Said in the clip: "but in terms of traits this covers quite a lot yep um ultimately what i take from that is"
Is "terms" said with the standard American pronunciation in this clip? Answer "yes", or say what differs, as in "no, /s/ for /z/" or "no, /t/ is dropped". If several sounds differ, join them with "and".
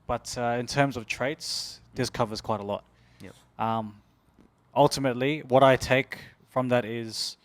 yes